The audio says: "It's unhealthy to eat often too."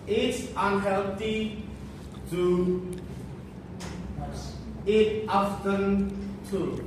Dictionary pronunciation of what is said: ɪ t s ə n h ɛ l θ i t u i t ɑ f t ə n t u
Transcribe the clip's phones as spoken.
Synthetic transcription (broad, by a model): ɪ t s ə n h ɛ l t i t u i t ɑ f t ə n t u